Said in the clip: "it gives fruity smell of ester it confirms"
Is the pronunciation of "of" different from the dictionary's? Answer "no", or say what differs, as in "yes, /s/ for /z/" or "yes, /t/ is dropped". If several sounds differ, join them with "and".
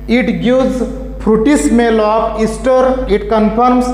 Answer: yes, /p/ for /v/